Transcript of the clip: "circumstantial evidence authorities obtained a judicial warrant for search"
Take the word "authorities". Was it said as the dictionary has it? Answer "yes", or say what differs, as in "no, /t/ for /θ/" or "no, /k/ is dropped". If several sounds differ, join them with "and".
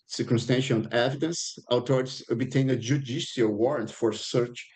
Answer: no, /t/ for /θ/